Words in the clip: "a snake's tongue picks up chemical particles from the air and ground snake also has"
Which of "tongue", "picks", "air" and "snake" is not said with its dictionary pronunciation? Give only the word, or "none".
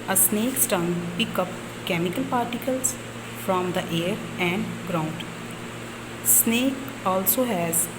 picks